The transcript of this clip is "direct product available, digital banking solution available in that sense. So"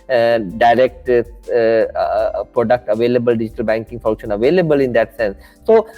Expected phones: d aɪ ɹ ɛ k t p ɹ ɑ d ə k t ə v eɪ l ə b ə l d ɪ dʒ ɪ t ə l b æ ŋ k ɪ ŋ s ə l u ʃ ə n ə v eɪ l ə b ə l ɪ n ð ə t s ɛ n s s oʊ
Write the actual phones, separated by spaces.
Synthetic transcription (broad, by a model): d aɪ ɹ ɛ k t p ɹ ɑ d ə k t ə v eɪ l ə b ə l d ɪ dʒ ɪ t ə l b æ ŋ k ɪ ŋ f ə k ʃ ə n ə v eɪ l ə b ə l ɪ n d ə t s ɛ n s s oʊ